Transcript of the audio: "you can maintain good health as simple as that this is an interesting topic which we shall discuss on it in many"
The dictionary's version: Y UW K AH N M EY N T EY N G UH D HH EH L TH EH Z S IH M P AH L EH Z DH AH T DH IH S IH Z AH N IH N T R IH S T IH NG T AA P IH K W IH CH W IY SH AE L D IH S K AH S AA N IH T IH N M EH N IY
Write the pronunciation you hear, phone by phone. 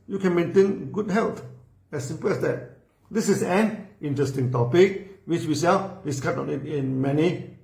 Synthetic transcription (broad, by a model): Y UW K AH N M EY N T EY N G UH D HH EH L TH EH S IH M P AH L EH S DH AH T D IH S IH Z AH N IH N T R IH S T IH NG T AA P IH K W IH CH W IY S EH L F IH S K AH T AA N IH T IH N M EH N IY